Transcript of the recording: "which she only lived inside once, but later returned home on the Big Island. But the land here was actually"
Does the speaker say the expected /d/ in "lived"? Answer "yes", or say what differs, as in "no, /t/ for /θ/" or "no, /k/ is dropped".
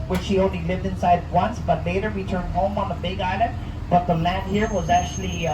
yes